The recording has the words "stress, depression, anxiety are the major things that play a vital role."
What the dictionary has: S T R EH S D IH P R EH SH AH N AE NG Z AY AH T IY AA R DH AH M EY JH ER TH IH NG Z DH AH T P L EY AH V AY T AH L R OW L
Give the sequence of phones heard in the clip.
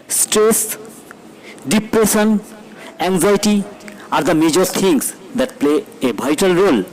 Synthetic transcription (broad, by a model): S T R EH S D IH P R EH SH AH N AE NG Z AY T IY AA R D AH M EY JH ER T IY NG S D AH T P L EY AH B AY T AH L R OW L